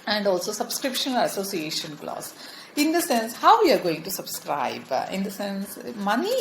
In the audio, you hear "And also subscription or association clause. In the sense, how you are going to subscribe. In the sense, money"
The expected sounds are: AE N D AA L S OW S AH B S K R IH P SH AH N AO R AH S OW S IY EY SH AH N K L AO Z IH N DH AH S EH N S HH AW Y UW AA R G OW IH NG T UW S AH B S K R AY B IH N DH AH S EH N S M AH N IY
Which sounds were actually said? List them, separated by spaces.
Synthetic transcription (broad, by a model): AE N D AA L S OW S AH B S K R IH P SH AH N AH L AH S OW S IY EY SH AH N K L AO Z IH N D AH S EH N S HH AW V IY AA R G OW IH NG T UW S AH B S K R AY B IH N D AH S EH N S M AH N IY